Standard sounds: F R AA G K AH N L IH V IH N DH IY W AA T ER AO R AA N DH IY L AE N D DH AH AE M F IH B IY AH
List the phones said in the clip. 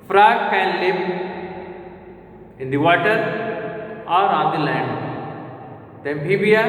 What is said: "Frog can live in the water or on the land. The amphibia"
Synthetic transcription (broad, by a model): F R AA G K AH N L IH P IH N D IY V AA T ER AO R AA N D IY L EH N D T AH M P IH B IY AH